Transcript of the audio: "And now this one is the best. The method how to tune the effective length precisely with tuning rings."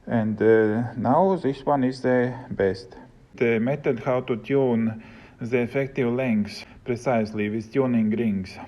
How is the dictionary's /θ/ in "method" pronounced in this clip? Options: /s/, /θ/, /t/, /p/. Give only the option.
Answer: /t/